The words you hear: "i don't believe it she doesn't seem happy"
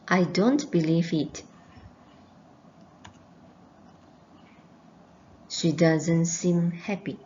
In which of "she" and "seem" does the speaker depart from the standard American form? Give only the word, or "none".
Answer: none